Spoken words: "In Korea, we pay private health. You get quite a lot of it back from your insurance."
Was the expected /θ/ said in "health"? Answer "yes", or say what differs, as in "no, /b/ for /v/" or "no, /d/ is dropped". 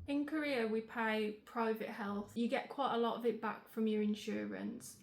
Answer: yes